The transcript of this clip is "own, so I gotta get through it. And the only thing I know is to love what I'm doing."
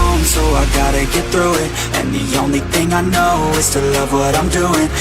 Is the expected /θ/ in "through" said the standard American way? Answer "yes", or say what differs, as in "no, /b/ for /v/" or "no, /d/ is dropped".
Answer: yes